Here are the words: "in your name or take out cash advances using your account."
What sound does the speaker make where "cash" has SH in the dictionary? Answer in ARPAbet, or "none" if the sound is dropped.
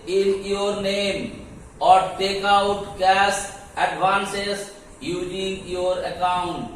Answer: S